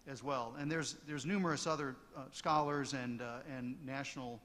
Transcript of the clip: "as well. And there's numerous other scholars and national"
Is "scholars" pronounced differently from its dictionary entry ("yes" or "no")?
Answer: no